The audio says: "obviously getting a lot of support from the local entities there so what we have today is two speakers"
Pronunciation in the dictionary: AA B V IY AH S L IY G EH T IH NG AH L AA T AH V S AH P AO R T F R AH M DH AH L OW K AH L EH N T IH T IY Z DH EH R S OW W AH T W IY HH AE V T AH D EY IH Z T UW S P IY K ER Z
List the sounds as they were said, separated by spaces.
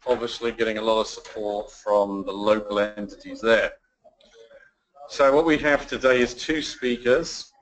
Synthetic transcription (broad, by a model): AA B V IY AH S L IY G EH T IH NG AH L AA T AH V S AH P AO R T F R AH M DH AH L OW K AH L EH N T IH T IY Z DH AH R S OW W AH T W IY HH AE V T AH D EY IH Z T UW S P IY K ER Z